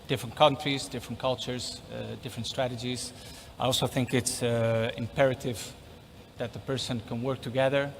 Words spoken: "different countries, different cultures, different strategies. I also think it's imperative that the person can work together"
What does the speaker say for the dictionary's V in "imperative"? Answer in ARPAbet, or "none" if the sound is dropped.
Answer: V